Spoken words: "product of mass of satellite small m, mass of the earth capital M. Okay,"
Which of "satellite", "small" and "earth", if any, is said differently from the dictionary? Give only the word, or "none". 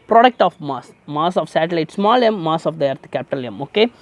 earth